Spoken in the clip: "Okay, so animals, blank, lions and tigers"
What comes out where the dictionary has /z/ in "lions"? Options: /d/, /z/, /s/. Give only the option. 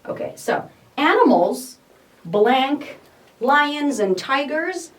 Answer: /z/